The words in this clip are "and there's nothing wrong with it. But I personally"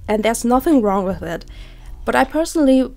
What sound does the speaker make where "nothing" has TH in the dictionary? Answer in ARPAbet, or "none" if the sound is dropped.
TH